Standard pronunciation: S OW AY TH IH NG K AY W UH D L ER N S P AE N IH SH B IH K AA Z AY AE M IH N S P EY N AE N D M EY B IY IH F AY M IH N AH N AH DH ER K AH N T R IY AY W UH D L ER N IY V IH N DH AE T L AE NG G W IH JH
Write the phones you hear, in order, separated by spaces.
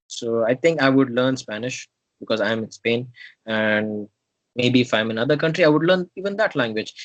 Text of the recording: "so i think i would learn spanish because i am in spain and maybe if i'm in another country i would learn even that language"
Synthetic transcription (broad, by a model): S OW AY T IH NG K AY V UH D L ER N S P AE N IH SH B IH K AA Z AY M IH N S P EY N AE N D M EY B IY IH F AY M IH N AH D AH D K AH N T R IY AY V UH D L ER N IY V IH N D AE T L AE NG G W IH JH